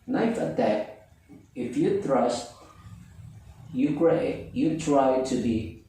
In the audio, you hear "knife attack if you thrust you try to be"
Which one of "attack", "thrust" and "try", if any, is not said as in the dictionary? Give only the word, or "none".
thrust